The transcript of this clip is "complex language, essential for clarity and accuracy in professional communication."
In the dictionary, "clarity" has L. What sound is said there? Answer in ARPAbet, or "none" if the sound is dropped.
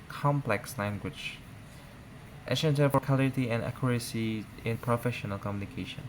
none